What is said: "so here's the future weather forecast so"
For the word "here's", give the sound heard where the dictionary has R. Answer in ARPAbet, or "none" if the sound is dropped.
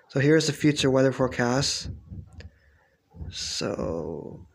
R